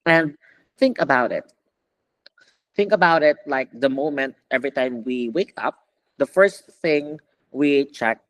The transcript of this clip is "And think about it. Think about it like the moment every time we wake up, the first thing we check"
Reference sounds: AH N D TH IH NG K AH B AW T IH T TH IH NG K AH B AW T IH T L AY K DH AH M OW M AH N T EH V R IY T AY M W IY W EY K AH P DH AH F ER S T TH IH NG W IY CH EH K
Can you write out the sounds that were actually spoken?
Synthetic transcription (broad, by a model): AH N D TH IH NG K AH B AW T IH T TH IH NG K AH B AW T IH T L AY K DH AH M OW M AH N T EH V R IY T AY M W IY W EY K AH P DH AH F ER S T TH IH NG W IY CH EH K